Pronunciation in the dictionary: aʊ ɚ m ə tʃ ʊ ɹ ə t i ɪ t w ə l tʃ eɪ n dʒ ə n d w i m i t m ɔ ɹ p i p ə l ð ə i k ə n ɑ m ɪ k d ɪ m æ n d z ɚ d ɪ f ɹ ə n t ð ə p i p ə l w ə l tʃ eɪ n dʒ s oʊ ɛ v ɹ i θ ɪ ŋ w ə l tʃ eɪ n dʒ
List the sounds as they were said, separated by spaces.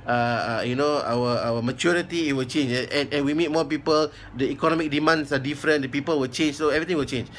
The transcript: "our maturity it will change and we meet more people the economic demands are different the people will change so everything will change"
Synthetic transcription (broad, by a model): aʊ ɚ m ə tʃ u ɹ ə t i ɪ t w ə l tʃ eɪ n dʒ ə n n w i m i t m ɔ p i p ə l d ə i k ə n ɑ m ɪ k d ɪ m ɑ n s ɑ d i f ɹ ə n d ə p i p ə l w ə l tʃ eɪ n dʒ s oʊ ɛ v ɹ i t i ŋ w ə l tʃ eɪ n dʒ